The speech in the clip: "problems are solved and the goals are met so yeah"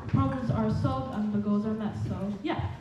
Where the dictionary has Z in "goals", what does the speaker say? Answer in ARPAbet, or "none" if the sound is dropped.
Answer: Z